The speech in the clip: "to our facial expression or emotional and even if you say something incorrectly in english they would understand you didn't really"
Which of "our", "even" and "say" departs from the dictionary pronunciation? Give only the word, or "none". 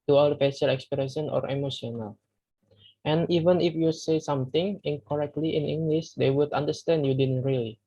our